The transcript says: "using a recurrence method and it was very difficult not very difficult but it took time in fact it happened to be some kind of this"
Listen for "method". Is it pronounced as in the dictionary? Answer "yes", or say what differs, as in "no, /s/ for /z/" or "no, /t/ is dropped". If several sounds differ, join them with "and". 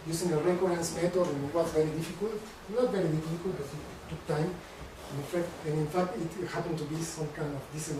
no, /t/ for /θ/